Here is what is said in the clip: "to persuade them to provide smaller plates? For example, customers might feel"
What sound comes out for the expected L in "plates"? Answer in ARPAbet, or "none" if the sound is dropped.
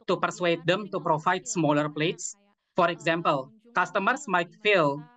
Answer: L